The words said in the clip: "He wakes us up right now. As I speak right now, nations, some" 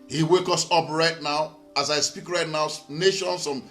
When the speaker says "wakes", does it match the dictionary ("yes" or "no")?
no